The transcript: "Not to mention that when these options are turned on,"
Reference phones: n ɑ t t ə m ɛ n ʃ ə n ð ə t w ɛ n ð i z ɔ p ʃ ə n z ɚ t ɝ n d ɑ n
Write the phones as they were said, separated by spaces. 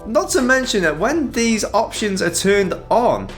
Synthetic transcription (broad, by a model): n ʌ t t ə m ɛ n ʃ ə n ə t w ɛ n ð i z ɔ p ʃ ə n z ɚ t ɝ n d n